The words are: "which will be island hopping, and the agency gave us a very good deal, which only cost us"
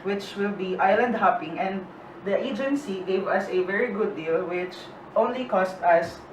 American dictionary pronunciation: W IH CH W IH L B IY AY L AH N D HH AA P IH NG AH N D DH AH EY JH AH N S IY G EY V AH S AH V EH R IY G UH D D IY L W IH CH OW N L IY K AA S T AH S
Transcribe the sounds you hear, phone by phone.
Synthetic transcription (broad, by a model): W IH CH W IH L B IY AY L AH N D HH AA P IH NG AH N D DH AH EY JH AH N S IY G EY V AH S AH V EH R IY G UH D D IY L W IH CH OW N L IY K AA S T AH S